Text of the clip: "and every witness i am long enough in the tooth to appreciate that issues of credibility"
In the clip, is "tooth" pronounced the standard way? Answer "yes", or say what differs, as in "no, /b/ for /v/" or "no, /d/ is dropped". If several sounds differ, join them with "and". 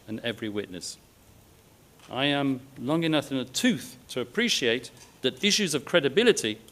yes